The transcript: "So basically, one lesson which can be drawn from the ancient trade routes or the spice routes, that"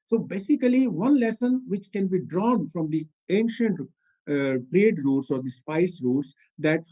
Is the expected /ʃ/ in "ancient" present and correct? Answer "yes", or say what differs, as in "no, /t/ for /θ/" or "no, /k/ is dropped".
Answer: yes